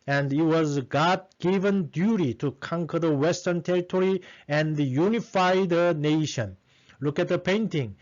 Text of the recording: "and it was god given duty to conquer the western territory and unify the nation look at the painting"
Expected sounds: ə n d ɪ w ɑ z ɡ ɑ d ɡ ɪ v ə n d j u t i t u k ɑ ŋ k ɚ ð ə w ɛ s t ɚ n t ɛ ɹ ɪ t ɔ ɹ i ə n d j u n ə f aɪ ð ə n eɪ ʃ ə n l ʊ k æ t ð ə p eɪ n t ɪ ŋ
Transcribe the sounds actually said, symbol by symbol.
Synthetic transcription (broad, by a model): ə n d ɪ w ɑ z ɡ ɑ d ɡ ɪ v ə n d j u t i t u k ɑ ŋ k ɚ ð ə w ɛ s t ɚ n t ɛ ɹ ɪ t ɔ ɹ i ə n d j u n ə f aɪ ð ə n eɪ ʃ ə n l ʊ k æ t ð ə p eɪ n t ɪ ŋ